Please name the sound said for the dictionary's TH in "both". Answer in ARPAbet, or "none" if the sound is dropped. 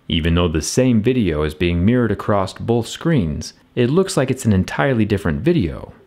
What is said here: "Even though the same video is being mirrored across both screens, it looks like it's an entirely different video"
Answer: TH